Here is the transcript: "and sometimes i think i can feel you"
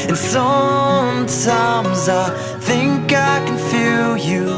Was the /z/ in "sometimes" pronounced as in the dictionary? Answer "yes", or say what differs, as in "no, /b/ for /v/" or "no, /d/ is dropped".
yes